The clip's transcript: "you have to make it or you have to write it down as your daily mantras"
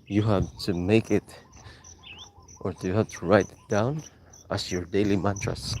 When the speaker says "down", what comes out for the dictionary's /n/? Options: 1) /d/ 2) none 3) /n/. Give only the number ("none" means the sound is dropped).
3